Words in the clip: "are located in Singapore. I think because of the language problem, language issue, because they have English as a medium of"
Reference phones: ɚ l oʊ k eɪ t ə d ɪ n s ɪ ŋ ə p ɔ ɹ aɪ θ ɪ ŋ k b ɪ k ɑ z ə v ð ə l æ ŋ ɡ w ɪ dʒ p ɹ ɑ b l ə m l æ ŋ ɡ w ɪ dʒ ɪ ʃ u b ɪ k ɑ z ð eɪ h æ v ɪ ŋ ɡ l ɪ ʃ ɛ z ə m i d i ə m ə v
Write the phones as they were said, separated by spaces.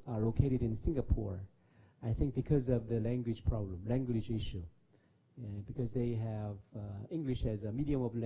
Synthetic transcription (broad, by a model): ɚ l oʊ k eɪ t ə d ɪ n s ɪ ŋ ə p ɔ ɹ aɪ θ ɪ ŋ k b ɪ k ɑ z ə v ð ə l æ ŋ ɡ w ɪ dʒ p ɹ ɑ b l ə m l æ ŋ ɡ w ɪ dʒ ɪ ʃ u b ɪ k ɑ z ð eɪ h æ v ɪ ŋ ɡ l ɪ ʃ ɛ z ə m i d i ə m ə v